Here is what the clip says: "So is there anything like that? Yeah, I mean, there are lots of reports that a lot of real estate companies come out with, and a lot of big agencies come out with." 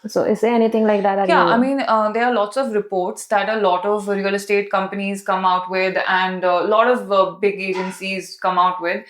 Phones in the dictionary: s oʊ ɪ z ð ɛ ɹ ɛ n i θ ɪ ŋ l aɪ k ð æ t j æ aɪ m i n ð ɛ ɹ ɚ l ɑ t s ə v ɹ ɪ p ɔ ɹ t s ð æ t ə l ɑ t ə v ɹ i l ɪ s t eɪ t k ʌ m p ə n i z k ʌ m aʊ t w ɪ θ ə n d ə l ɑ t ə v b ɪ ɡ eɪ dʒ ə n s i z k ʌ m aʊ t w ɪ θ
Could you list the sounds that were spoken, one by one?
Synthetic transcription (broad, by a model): s oʊ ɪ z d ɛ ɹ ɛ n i t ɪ ŋ l aɪ k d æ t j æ aɪ m i n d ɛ ɹ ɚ l ɑ t s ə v ɹ ɪ p ɔ ɹ t s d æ t ə l ɑ t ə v ɹ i l s t eɪ t k ʌ m p ə n i z k ʌ m aʊ t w ɪ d ə n d l ɑ t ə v b ɪ ɡ eɪ dʒ ə n s i z k ʌ m aʊ t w ɪ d